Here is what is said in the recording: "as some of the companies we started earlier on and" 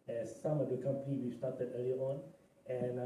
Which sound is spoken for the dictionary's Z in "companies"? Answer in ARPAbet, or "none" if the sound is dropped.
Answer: none